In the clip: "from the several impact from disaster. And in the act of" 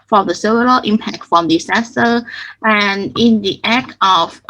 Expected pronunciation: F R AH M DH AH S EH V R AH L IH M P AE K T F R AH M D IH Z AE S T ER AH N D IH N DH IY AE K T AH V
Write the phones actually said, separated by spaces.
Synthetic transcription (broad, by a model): F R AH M DH AH S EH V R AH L IH M P AE K T F R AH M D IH S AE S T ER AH N IH N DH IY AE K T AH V